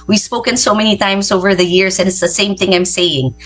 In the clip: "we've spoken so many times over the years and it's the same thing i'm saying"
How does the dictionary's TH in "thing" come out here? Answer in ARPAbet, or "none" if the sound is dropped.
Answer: TH